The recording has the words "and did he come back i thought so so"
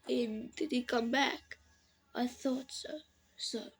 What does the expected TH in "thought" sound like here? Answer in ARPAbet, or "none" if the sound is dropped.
TH